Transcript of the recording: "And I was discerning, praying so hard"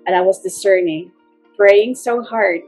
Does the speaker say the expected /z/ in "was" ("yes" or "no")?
yes